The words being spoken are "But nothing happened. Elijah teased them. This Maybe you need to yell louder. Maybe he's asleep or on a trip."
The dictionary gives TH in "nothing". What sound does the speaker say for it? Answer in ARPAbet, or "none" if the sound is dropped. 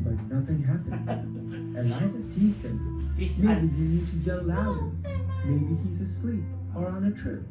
TH